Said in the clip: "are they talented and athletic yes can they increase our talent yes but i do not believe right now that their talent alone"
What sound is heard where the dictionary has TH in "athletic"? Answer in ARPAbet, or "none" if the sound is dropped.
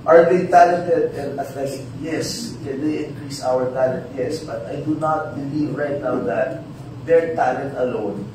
T